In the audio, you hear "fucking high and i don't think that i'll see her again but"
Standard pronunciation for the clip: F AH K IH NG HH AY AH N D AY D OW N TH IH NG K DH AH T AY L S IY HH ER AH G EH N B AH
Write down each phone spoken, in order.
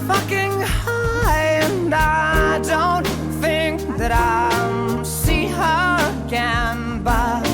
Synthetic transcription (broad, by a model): F AH K IH NG HH AY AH N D AY D OW N TH IH NG K DH AH T AY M S IY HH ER AH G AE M B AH